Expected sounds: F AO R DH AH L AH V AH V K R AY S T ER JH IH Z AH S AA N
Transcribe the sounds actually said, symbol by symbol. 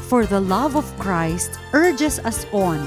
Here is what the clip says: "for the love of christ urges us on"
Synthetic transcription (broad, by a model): F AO R DH AH L AH V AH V K R AY S T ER JH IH S AH S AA N